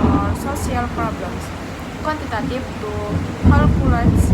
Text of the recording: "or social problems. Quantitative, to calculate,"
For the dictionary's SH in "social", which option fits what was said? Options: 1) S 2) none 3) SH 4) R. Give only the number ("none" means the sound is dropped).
1